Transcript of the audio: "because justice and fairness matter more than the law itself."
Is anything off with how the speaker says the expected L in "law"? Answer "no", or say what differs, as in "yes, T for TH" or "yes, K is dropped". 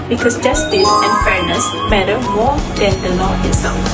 yes, N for L